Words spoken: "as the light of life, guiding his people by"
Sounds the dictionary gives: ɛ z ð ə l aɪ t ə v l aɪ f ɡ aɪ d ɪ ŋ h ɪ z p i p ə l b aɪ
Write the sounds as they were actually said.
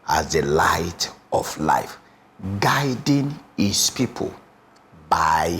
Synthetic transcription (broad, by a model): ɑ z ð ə l aɪ t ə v l aɪ f ɡ aɪ d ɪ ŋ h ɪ s p i p ə l b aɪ